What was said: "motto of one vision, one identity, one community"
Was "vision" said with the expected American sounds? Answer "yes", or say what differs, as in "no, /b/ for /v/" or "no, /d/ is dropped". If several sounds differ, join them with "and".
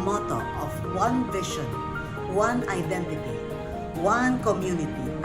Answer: no, /ʃ/ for /ʒ/